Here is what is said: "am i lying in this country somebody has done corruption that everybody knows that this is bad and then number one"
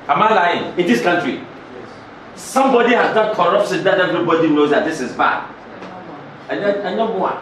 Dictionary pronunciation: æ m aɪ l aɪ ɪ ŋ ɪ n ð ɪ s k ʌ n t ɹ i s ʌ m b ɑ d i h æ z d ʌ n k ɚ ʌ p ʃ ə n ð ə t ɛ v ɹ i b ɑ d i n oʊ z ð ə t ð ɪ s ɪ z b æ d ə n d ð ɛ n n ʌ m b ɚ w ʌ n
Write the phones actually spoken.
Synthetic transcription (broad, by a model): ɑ m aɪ l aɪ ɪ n ɪ n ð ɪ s k ʌ n t ɹ i s ʌ m b ɑ d i h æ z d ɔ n k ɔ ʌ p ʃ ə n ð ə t ɛ v ɹ i b ɑ d i n oʊ z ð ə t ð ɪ s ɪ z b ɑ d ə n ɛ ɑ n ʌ b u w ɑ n